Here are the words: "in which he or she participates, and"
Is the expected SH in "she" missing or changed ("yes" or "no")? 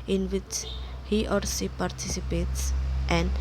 yes